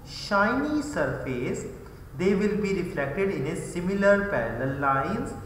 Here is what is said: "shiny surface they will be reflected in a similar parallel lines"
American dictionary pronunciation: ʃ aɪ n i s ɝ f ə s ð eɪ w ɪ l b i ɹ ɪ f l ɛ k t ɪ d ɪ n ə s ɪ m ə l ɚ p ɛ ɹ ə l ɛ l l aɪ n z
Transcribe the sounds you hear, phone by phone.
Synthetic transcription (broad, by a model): ʃ aɪ n i s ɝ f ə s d eɪ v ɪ l b i ɹ ɪ f l ɛ k t ɪ d ɪ n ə s ɪ m ə l ɚ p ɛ l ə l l l aɪ n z